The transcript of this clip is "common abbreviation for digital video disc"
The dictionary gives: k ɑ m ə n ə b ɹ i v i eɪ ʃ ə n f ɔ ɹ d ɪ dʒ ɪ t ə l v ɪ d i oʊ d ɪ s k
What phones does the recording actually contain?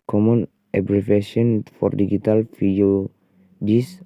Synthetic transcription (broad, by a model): k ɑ m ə n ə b ɹ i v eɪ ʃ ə n f ɔ ɹ d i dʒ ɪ t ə l f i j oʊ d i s